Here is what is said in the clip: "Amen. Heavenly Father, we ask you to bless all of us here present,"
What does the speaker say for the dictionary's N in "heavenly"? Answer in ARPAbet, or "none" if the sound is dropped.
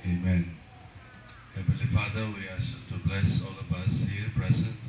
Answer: none